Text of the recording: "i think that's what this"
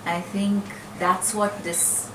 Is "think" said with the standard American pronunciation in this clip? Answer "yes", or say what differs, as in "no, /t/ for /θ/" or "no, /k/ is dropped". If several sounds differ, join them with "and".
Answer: yes